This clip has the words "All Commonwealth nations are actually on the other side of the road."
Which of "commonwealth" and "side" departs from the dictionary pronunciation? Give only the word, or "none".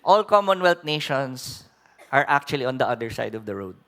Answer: commonwealth